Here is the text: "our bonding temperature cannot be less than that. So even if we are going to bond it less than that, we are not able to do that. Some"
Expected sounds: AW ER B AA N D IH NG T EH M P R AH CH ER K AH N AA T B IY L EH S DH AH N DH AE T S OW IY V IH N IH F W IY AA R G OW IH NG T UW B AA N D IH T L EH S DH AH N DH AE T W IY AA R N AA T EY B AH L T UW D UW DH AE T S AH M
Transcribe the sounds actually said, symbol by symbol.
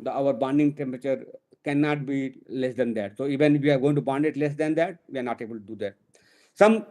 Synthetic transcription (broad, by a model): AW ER B AA N D IH NG T EH M P R AH CH ER K AH N AA T B IY L EH S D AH N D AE T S OW IY V IH N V IY AA R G OW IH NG T UW B AA N D IH T L EH S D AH N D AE T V IY AA R N AA T EY B AH L T UW D UW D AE T S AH M